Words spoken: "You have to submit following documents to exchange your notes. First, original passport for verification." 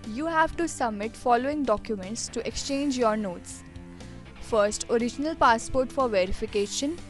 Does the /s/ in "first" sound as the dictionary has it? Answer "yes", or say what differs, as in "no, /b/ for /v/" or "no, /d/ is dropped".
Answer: yes